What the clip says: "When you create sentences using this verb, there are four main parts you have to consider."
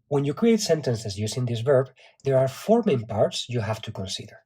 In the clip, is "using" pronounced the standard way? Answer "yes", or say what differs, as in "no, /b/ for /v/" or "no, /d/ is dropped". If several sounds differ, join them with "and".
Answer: no, /s/ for /z/